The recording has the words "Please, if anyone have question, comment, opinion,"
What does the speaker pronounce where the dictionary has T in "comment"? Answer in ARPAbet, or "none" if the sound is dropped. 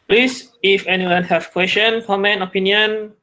none